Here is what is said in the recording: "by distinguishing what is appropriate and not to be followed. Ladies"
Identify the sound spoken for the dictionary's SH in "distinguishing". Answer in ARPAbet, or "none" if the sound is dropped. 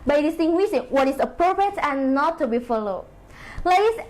S